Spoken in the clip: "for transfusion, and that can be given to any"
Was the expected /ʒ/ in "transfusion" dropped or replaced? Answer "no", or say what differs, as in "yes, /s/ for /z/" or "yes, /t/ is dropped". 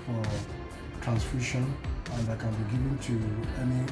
yes, /ʃ/ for /ʒ/